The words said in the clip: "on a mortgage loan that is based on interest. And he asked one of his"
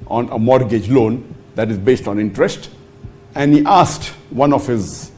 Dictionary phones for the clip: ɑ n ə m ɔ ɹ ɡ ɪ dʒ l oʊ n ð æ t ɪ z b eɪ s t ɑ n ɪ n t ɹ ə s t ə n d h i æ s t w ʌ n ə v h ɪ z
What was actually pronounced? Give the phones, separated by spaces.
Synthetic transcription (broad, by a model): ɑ n ə m ɔ ɹ ɡ ɪ dʒ l oʊ n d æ t ɪ z b eɪ s t ɑ n ɪ n t ɹ ə s t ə n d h i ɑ s t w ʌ n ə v h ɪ z